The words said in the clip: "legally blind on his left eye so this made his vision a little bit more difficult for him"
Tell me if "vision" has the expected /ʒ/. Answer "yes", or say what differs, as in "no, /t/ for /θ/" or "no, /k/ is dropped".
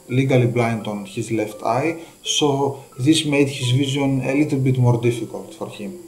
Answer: no, /z/ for /ʒ/